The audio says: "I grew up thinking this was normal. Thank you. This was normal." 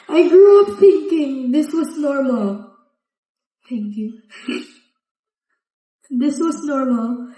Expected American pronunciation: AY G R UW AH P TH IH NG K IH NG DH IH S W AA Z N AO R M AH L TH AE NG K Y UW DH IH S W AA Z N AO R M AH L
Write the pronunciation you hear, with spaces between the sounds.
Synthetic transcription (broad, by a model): AY G R UW AH P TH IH NG K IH NG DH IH S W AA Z N AO R M AH L T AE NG K Y UW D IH S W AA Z N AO R M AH L